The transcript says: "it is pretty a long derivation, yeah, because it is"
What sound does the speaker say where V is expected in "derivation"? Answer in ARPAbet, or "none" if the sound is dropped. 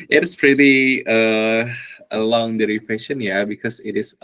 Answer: F